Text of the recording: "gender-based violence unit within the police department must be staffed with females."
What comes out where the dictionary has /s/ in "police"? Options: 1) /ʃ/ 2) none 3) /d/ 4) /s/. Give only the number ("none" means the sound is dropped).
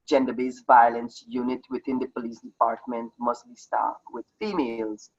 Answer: 4